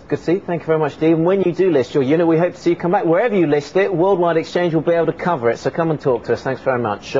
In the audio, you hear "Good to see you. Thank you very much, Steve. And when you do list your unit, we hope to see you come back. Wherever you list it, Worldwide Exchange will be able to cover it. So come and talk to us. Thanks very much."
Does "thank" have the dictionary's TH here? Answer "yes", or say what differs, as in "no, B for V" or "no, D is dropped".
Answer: yes